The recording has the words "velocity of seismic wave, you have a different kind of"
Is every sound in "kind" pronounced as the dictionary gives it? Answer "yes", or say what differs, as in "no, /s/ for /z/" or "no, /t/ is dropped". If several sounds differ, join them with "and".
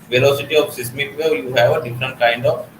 yes